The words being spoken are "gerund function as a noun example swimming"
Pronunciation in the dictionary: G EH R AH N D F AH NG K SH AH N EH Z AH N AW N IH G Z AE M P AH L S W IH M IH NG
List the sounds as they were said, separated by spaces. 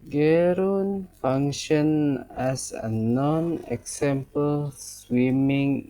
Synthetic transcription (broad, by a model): G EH R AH N F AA NG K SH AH N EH S AH N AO N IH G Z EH M P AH L S W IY M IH NG